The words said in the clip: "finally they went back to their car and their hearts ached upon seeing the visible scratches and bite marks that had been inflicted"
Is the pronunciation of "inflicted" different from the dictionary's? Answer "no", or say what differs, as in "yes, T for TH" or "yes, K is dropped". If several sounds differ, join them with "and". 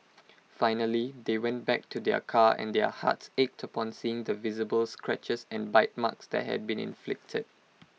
no